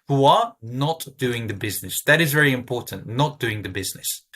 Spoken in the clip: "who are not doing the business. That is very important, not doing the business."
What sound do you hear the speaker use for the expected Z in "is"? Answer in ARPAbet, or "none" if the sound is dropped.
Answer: Z